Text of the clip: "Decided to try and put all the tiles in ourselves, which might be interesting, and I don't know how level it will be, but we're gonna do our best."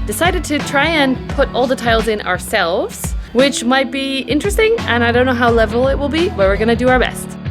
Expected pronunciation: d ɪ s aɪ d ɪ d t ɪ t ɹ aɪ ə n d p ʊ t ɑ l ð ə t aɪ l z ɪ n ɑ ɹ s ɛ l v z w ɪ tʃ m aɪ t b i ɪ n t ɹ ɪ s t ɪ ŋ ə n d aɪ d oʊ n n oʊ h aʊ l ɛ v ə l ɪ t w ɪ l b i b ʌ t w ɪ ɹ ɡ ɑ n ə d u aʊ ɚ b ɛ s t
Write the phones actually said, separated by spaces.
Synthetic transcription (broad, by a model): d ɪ s aɪ d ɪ d t ɪ t ɹ aɪ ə n p ʊ t ɑ l ð ə t aɪ l z ɪ n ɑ ɹ s ɛ l v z w ɪ tʃ m aɪ t b i ɪ n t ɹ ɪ s t ɪ ŋ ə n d aɪ d oʊ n n oʊ h aʊ l ɛ v ə l ɪ t w ɪ l b i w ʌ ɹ w ɪ ɹ ɡ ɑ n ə d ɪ aʊ ɚ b ɛ s t